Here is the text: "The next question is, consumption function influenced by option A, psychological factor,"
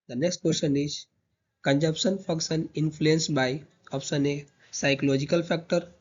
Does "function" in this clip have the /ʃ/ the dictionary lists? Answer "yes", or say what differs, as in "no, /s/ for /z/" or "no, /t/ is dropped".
no, /s/ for /ʃ/